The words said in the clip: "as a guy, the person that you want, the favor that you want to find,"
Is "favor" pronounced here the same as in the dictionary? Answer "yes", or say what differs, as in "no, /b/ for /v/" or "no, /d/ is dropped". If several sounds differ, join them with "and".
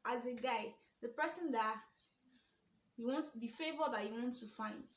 no, /b/ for /v/